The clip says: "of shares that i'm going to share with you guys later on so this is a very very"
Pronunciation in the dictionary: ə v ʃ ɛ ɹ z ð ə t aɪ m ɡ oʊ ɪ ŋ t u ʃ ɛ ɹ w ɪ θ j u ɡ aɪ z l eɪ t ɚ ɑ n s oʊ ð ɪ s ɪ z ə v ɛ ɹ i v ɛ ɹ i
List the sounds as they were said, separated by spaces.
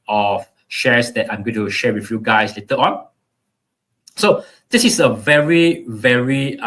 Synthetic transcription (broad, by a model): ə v ʃ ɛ ɹ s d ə t aɪ m ɡ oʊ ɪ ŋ t u ʃ ɛ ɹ w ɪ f j u ɡ aɪ s l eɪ t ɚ ɑ n s oʊ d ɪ s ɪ s ə v ɛ ɹ i v ɛ ɹ i